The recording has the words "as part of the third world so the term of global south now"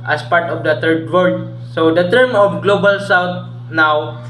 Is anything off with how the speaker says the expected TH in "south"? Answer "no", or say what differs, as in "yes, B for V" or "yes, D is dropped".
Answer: yes, T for TH